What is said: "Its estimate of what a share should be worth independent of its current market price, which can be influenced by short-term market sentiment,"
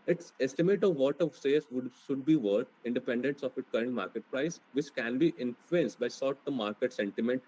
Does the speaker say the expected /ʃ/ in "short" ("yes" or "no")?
no